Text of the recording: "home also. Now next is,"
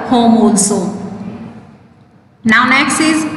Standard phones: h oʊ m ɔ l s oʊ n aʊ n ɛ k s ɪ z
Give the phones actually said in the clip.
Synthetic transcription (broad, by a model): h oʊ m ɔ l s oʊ n aʊ n ɛ k s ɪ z